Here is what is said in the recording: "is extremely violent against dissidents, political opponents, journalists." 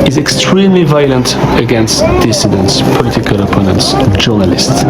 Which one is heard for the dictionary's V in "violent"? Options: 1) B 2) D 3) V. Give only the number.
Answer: 3